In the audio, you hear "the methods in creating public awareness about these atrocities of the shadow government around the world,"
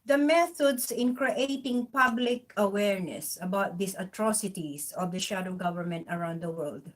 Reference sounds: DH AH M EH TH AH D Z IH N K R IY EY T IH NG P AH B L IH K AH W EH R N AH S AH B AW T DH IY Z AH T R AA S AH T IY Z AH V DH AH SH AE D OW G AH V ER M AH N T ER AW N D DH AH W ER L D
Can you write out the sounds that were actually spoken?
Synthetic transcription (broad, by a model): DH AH M EH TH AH D S IH N K R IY EY T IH NG P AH B L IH K AH W EH R N AH S AH B AW T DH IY S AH T R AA S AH T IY S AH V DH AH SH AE D OW G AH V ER M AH N T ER AW N D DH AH W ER L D